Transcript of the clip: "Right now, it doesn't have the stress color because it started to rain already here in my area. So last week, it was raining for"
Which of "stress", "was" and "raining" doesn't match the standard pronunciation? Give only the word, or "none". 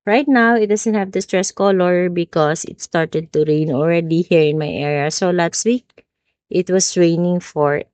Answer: was